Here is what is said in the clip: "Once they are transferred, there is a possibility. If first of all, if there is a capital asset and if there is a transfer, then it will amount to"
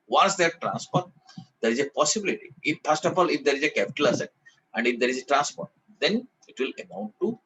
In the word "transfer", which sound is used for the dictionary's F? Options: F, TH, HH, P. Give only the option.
P